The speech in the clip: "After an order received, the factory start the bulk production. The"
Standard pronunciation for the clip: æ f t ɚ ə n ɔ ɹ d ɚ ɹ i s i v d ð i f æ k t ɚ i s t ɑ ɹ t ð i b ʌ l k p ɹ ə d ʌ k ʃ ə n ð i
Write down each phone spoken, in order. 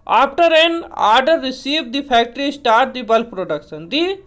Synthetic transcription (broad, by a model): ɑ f t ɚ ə n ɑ ɹ d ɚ ɹ i s i v d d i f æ k t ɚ i s t ɑ ɹ t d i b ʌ l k p ɹ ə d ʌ k s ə n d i